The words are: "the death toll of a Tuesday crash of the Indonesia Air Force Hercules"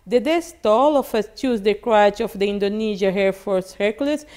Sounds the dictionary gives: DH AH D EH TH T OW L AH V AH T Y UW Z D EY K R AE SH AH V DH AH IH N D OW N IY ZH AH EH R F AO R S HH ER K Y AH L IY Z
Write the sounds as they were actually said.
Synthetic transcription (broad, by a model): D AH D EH S T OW L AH F AH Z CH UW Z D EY K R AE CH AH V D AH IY N D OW N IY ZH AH EH R F AO R S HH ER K L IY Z